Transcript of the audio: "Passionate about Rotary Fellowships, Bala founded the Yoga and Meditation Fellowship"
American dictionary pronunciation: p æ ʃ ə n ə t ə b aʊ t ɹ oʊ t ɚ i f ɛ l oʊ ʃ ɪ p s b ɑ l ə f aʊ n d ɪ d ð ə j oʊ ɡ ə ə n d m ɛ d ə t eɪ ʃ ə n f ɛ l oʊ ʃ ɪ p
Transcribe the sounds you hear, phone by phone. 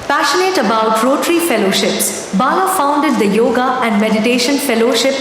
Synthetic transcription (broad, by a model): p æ ʃ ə n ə t ə b aʊ t ɹ oʊ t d i f ɛ l oʊ ʃ ɪ p s b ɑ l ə f aʊ n d ɪ d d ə j oʊ ɡ ə ə n d m ɛ d ə t eɪ ʃ ə n f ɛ l oʊ ʃ ɪ p